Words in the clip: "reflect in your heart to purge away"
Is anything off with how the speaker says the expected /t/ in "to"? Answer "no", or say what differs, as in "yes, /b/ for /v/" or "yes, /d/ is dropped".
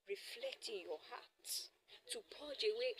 yes, /s/ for /t/